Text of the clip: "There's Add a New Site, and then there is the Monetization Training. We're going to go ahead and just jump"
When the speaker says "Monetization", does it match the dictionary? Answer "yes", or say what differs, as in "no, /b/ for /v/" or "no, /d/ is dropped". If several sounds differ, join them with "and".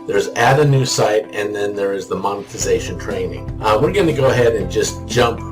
yes